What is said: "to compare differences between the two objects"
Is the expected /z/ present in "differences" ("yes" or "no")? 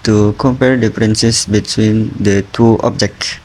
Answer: no